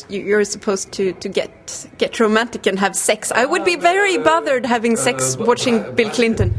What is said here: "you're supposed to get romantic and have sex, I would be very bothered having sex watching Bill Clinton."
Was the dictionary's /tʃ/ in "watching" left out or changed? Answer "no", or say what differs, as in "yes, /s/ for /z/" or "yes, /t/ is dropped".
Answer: no